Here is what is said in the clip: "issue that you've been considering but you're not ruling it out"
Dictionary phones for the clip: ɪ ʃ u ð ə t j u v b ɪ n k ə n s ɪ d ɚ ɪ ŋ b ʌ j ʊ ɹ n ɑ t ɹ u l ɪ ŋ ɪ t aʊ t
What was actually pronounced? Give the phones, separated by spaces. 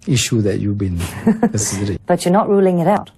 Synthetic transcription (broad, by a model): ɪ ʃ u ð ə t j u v b ɪ n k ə s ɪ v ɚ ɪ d b ʌ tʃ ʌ ɹ n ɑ t ɹ u l ɪ ŋ ɪ t aʊ t